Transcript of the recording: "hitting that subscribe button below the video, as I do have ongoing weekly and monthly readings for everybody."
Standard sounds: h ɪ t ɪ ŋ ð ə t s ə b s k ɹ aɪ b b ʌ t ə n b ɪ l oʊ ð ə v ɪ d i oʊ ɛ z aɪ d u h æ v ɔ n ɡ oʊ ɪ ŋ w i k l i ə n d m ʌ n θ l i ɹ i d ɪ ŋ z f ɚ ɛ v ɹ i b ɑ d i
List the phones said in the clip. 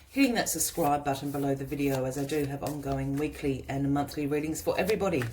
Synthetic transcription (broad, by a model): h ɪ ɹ ɪ ŋ ð ə t s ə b s k ɹ aɪ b b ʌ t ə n b ɪ l oʊ ð ə v ɪ d i oʊ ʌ z aɪ d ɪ v ɔ n ɡ oʊ ɪ ŋ w i k l i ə n m ʌ n θ l i ɹ i d ɪ ŋ z f ɚ ɛ v ɹ i b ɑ d i